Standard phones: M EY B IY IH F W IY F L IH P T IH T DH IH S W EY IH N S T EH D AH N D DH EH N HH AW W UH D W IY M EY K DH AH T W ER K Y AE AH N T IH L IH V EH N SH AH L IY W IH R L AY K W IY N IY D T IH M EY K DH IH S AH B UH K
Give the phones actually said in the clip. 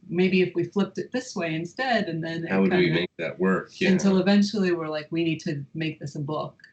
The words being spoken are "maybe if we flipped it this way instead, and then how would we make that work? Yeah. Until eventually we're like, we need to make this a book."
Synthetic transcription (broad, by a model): M EY B IY IH F W IY F L IH P T IH T DH IH S W EY IH N S T EH D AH N DH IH N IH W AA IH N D DH AH T W ER K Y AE AH N T IH L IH V EH N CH L IY W IH R L AY K W IY N IY D T IH M EY K DH IH S AH B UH K